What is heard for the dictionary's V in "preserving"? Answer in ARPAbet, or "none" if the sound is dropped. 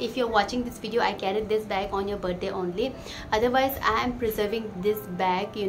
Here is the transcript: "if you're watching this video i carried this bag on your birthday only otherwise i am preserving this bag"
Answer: V